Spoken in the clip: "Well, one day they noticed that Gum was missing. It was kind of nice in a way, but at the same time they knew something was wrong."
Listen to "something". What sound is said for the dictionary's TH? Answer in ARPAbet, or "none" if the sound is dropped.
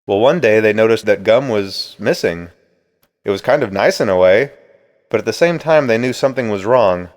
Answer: TH